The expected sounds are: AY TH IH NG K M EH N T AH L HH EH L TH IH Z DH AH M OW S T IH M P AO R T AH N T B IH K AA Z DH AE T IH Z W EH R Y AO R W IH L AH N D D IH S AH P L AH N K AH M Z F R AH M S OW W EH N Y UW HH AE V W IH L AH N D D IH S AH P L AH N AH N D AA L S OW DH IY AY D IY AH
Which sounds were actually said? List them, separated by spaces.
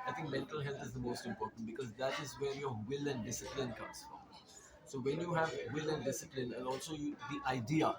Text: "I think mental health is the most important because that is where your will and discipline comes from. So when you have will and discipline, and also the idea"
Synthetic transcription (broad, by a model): AY T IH NG K M EH N T AH L HH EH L T IH Z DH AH M OW S T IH M P AO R T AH N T B IH K AA Z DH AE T IH Z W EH R Y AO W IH L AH N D D IH S AH P L AH N K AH M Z F R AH M S OW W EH N Y UW HH AE V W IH L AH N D D IH S AH P L AH N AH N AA L S OW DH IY AY D IY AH